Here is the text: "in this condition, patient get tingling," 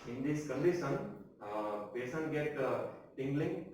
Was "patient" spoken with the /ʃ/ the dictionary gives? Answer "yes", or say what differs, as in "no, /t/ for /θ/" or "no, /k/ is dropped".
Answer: no, /s/ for /ʃ/